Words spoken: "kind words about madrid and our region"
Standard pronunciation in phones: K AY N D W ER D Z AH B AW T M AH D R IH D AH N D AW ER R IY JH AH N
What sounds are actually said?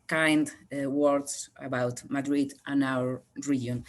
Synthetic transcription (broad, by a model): K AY N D W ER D S AH B AW T M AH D R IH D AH N AW ER R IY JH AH N